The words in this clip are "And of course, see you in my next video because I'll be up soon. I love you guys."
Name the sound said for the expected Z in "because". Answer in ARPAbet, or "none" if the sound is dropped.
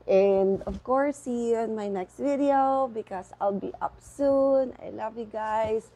S